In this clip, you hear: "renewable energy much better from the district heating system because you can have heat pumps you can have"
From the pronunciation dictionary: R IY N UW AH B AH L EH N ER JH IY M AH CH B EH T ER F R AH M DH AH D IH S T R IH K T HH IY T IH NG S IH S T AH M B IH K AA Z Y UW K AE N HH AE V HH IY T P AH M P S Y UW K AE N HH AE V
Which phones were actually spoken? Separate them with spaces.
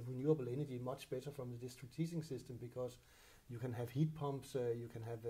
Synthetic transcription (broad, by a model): R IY N UW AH B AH L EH N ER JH IY M AH CH B EH T ER F R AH M DH AH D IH S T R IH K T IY S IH NG S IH S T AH M B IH K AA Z Y UW K AE N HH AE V HH IY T P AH M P S Y UW K AE N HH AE V